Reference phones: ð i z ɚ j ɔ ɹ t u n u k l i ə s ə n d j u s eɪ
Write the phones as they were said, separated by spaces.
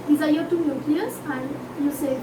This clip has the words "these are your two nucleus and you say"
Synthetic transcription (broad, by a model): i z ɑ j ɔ t u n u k i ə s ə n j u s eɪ